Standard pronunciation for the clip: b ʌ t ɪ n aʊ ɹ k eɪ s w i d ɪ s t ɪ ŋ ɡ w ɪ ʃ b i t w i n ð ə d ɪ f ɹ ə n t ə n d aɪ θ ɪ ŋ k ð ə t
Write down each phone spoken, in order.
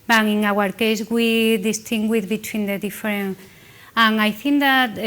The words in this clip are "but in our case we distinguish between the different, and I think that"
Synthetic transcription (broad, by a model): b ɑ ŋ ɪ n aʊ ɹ k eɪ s w i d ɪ s t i ŋ ɡ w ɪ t b i t w i n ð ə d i f ɹ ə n ə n aɪ θ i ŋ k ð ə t